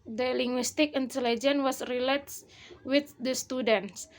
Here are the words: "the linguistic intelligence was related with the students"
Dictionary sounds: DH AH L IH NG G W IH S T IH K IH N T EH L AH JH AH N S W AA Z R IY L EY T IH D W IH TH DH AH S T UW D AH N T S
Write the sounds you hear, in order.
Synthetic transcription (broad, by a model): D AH L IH NG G W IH S T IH K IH N T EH L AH JH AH N W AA S R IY L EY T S W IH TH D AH S T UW D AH N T S